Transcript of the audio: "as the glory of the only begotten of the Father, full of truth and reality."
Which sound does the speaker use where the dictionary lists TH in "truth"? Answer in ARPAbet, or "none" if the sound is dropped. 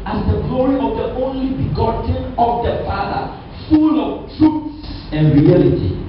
S